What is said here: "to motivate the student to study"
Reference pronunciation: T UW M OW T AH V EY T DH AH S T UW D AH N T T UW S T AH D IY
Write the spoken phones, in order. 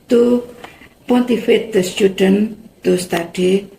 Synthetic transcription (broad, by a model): T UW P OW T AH F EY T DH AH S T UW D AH N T T UW S T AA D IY